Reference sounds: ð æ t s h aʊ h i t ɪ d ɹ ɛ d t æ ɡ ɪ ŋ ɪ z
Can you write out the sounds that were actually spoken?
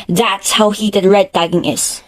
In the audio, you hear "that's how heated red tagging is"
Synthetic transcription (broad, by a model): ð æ t s h aʊ h i t ɪ d ɹ ɛ d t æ ɡ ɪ ŋ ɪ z